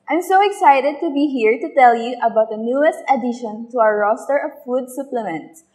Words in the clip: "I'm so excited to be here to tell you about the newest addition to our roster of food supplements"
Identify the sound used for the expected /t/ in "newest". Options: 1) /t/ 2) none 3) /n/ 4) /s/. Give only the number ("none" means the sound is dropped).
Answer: 1